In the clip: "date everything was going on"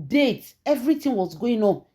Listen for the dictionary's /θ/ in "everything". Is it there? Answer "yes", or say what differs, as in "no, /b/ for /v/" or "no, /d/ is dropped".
no, /t/ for /θ/